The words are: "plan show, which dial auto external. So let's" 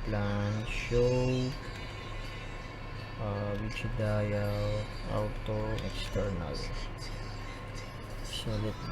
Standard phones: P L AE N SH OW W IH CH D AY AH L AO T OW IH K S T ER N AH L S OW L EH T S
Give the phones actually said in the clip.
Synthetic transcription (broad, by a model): P L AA N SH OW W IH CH D AY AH W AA T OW IH K S T ER N AH L S OW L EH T